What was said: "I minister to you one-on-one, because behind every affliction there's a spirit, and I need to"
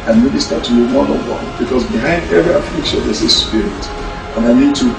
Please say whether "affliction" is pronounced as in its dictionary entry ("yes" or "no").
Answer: yes